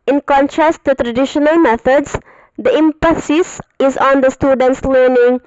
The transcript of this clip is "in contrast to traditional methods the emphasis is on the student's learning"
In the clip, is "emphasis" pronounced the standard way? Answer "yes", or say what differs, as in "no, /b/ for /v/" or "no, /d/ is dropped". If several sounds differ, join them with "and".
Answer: no, /p/ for /f/